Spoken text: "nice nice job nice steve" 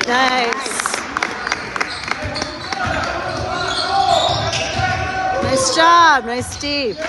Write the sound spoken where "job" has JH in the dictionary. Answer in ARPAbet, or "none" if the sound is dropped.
CH